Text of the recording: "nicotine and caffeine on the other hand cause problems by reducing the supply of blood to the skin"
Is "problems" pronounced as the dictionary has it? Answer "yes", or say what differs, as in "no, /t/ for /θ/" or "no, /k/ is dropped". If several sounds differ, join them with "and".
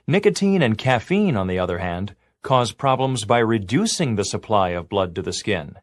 yes